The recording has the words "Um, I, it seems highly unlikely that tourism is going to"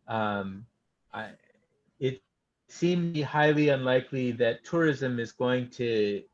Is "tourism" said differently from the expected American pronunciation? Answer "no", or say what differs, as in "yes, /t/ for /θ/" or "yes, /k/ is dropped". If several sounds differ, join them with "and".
no